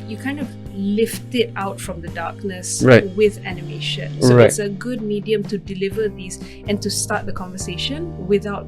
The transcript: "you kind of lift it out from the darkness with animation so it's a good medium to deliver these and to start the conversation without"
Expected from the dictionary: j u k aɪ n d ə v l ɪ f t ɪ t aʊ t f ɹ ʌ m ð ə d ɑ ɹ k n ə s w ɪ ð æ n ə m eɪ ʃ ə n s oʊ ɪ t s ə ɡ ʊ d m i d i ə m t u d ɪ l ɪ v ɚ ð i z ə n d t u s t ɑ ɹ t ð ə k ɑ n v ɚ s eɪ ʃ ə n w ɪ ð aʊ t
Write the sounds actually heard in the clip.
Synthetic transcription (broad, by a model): j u k aɪ n d ə v l ɪ f t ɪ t aʊ t f ɹ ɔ m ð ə d ɑ k n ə s w ɪ ð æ n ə m eɪ ʃ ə n s oʊ ɪ t s ə ɡ ʊ d m i d i ə m t u d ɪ l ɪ v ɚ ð i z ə n t u s t ɑ t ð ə k ɑ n v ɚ s eɪ ʃ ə n w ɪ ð aʊ t